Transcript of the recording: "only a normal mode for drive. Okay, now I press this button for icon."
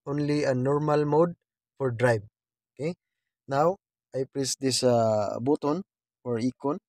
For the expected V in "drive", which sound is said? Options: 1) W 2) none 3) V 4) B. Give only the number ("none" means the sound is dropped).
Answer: 4